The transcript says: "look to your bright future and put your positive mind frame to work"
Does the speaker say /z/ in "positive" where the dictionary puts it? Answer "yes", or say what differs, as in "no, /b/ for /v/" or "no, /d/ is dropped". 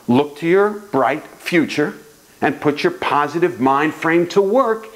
yes